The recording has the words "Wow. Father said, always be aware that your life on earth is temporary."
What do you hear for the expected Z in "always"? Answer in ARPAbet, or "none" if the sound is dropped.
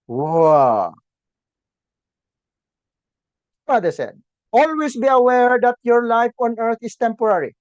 S